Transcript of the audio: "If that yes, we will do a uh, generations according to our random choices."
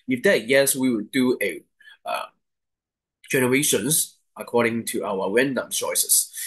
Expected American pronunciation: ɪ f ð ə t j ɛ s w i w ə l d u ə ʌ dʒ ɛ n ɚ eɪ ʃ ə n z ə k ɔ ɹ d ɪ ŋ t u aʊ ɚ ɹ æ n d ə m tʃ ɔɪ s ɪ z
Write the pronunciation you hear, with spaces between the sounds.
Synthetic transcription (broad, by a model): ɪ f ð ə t j ɛ s w i w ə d d u ə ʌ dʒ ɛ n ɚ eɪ ʃ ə n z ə k ɔ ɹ d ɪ ŋ t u aʊ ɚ w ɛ n d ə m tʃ ɔɪ s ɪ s